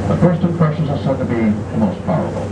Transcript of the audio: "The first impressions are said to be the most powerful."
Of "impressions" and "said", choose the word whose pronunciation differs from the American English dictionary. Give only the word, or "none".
impressions